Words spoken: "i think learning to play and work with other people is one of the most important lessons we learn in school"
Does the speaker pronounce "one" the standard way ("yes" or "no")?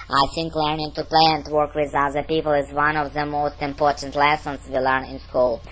yes